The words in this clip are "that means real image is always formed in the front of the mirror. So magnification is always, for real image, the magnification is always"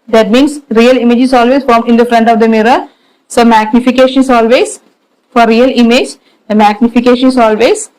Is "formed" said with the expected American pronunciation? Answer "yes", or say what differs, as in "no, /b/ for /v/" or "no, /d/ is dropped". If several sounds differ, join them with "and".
no, /d/ is dropped